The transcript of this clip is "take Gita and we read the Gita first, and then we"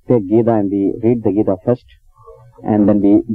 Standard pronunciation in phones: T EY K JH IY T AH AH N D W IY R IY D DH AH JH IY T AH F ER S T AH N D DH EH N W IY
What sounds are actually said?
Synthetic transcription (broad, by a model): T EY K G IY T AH AH N D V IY R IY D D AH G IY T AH F ER S T AH N D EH N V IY